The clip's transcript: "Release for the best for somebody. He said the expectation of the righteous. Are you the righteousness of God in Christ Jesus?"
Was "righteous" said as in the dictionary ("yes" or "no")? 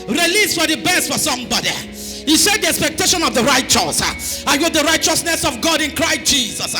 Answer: yes